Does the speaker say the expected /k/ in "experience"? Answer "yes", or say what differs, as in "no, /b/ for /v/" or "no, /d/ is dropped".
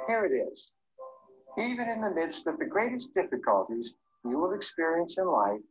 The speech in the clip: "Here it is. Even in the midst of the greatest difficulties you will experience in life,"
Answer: yes